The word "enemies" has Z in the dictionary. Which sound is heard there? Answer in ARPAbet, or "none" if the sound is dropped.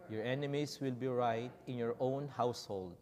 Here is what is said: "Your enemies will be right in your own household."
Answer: S